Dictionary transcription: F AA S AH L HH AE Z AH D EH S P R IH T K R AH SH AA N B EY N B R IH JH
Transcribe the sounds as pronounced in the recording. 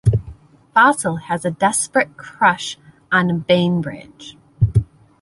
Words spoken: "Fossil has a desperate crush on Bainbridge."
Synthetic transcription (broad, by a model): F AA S L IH Z AH D EH S P R IH T K R AH SH N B EY N B R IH CH